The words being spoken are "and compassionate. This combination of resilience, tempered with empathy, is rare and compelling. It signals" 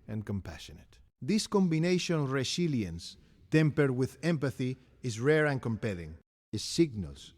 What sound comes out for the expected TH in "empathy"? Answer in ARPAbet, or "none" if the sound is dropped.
TH